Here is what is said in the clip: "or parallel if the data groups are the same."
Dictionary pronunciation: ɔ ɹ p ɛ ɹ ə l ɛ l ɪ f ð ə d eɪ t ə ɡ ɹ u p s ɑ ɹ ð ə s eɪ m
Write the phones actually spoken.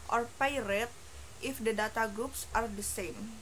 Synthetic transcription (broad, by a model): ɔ ɹ p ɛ ɹ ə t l ɪ f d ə d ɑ t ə ɡ ɹ u p s ɑ ɹ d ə s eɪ m